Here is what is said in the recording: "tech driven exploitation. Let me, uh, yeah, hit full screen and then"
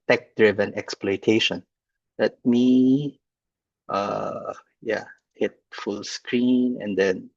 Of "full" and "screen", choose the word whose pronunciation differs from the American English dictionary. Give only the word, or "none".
none